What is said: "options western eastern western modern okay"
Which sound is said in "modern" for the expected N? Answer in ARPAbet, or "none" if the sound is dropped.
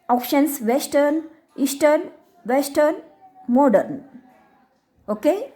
N